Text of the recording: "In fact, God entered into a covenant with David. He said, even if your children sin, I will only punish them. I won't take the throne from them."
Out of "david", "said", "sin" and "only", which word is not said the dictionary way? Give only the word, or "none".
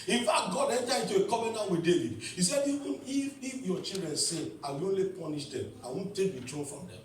sin